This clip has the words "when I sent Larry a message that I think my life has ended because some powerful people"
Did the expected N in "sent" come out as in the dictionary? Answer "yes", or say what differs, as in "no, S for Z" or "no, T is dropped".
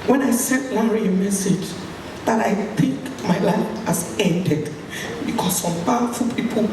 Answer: no, N is dropped